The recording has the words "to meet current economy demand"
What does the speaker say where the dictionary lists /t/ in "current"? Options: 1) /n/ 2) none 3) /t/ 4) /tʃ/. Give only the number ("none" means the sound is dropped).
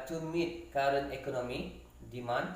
2